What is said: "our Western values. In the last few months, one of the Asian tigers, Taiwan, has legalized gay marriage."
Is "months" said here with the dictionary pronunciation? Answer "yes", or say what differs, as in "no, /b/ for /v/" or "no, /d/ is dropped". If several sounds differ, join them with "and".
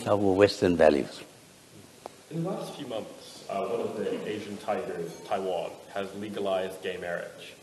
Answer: yes